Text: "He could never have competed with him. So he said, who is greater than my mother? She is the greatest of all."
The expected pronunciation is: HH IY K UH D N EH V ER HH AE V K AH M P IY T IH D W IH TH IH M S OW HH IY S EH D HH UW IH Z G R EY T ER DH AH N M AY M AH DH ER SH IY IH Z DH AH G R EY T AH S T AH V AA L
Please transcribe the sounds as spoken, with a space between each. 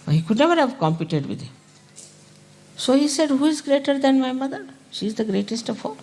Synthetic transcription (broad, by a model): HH IY K UH D N EH V ER HH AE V K AH M P IY T IH D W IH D IH M S OW HH IY S EH D HH UW IH Z G R EY T ER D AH N M AY M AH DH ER SH IY Z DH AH G R EY T AH S T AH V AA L